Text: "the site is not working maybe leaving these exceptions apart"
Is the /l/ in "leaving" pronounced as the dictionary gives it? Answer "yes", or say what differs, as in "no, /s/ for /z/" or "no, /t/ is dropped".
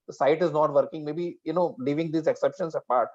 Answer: no, /n/ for /l/